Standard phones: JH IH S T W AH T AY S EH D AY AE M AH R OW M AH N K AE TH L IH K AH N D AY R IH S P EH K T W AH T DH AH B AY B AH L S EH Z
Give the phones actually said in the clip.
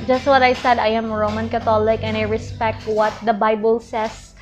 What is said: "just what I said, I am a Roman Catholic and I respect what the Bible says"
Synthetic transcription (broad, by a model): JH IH S T W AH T AY S EH D AY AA M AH R OW M AH N K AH T L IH K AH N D AY R IH S P EH K T W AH T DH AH B AY B AH L S EH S